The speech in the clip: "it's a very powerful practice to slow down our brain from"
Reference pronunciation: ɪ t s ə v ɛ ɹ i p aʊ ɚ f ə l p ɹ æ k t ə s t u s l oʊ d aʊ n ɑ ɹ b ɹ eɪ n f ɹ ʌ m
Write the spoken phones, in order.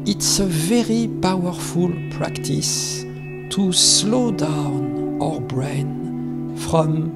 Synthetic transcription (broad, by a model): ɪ t s ə v ɛ ɹ i p aʊ ɚ f ə l p ɹ æ k t ə s t u s l oʊ d aʊ n ɑ ɹ b ɹ eɪ n f ɹ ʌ m